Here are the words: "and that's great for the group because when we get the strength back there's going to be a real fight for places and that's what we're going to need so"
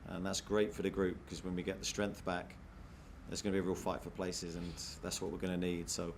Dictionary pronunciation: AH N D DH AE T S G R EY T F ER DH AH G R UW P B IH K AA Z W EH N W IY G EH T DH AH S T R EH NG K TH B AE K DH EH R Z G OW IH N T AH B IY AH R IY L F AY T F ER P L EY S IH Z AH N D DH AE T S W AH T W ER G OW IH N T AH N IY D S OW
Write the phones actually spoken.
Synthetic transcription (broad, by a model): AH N DH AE T S G R EY T F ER DH AH G R UW P K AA Z W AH N W IY G EH T DH AH S T R EH NG K TH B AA K DH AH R Z G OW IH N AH B IY AH R IY L F AY T F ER P L EY S IH Z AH N DH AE T S W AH T W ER G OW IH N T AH N IY D S OW